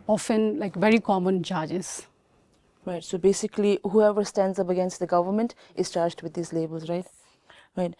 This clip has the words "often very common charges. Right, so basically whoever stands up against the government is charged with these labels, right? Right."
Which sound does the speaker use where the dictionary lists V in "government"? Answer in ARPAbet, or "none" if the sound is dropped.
V